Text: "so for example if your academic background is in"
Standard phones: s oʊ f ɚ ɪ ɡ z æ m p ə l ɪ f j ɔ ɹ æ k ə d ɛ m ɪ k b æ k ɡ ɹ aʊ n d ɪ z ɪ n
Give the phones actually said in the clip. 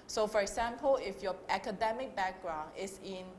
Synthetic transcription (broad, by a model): s oʊ f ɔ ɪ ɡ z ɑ m p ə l ɪ f j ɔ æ k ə d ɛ m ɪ k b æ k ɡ ɹ aʊ n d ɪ s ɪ n